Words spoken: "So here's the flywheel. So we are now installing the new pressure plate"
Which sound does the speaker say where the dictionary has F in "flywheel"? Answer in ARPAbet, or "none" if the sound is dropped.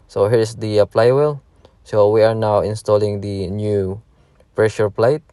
P